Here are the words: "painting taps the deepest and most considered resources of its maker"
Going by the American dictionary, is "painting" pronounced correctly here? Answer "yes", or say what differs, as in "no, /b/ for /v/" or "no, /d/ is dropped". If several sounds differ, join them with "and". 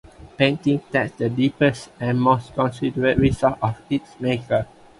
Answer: yes